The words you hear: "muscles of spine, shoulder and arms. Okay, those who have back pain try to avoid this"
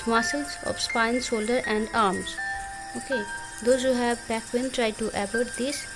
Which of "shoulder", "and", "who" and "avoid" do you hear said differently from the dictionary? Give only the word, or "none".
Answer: avoid